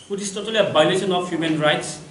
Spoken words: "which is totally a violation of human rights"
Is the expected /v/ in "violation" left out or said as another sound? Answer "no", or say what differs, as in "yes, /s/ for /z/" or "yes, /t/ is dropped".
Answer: yes, /b/ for /v/